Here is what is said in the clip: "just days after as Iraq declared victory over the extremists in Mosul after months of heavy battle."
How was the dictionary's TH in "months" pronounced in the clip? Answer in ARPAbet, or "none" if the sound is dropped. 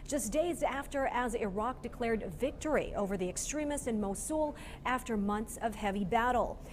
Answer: TH